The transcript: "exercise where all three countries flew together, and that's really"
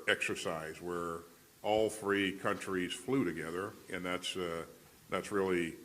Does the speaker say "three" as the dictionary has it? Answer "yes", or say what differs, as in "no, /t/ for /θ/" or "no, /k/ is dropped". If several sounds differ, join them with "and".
yes